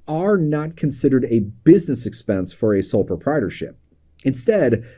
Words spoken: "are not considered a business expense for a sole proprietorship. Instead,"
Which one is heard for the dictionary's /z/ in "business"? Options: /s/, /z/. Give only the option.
/z/